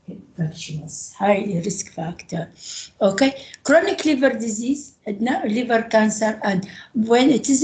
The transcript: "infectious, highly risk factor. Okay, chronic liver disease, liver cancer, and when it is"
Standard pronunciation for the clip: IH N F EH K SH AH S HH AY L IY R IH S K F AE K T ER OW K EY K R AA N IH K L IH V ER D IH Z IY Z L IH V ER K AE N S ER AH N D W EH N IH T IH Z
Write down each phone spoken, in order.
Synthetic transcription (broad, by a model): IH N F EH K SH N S HH AY L IY R IH S K F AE K T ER OW K EY K R AA N IH K L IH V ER D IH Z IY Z L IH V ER K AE N S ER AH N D W EH N IH T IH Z